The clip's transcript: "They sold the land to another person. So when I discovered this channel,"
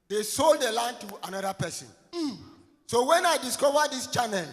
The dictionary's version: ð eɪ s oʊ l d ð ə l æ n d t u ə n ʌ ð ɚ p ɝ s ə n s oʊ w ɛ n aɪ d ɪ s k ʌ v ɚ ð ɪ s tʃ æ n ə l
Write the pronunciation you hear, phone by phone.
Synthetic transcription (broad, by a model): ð eɪ s oʊ l d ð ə l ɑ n t u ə n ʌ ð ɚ p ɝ s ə n s oʊ w ɛ n aɪ d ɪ s k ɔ v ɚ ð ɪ s tʃ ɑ n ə l